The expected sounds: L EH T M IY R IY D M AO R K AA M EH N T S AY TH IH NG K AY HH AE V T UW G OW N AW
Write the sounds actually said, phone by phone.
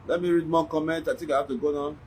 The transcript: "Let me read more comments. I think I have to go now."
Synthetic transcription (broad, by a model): L EH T M IY R IY D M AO K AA M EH N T AY T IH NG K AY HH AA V T UW G OW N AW